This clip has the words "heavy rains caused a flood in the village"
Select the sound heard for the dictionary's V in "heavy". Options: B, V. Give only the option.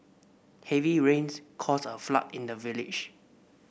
V